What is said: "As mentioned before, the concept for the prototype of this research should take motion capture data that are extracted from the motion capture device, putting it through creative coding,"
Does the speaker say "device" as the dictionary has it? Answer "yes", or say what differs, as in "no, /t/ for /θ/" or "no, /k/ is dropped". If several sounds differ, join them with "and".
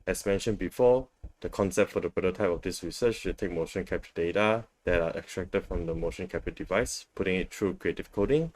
yes